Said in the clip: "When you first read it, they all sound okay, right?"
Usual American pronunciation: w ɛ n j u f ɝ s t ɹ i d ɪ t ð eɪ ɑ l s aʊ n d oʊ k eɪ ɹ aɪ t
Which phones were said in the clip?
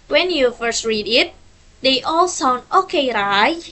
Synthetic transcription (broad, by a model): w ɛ n j u f ɝ s t ɹ i d ɪ t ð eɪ ɑ l s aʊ n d oʊ k eɪ ɹ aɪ